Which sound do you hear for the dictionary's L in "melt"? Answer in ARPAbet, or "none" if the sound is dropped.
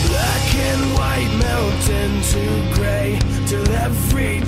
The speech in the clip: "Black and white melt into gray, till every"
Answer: N